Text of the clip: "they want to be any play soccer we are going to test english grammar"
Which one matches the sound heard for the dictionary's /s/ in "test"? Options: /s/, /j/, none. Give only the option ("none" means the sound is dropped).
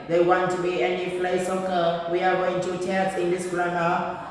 none